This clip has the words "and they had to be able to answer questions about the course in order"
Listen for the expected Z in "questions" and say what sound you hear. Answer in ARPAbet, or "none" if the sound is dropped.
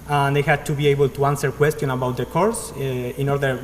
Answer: none